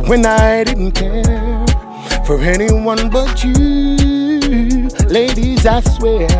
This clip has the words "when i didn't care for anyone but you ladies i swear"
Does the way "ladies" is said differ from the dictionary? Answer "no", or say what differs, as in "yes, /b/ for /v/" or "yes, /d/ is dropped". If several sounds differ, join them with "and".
no